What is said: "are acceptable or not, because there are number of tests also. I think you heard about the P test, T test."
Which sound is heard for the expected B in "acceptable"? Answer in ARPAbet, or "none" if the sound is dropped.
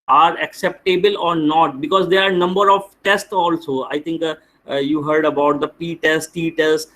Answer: B